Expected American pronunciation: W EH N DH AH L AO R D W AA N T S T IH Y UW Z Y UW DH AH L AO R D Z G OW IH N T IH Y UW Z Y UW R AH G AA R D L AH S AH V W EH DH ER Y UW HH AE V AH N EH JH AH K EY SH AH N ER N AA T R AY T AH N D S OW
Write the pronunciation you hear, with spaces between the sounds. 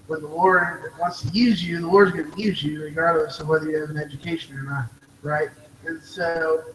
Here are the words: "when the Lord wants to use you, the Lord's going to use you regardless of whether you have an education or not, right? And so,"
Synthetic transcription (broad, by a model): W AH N DH AH W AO R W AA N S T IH Y UW Z Y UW DH AH W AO R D Z G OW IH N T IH Y UW Z Y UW R AH G AA R D L AH S AH V W EH DH ER Y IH V AH N EH JH AH K EY SH AH N ER N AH T R AY T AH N S OW